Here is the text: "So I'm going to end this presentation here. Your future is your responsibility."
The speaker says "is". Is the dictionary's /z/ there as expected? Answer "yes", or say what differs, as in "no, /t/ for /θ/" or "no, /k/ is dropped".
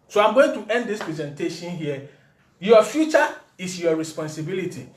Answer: no, /s/ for /z/